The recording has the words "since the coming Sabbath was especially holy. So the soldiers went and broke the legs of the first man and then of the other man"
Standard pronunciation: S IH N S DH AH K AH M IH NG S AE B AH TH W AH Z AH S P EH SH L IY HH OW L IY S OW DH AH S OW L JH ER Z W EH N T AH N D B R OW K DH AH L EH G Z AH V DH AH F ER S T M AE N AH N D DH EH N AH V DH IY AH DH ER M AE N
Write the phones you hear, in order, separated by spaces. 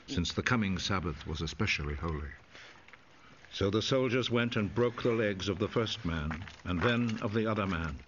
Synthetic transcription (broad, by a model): S IH N S DH AH K AH M IH NG S AE B AH TH W AH Z AH S P EH SH L IY HH OW L IY S OW DH AH S OW L JH ER Z W EH N T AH N B R OW K DH AH L EH G Z AH V DH AH F ER S T M AE N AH N DH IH N AH V DH IY AH DH ER M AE N